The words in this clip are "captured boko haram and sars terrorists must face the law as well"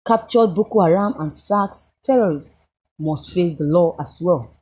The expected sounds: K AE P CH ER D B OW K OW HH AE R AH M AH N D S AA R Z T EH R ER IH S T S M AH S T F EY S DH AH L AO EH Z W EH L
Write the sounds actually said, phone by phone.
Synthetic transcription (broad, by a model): K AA P CH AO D B OW K OW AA R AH M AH N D S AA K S T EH R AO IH S T S M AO S T F EY S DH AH L AO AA S W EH L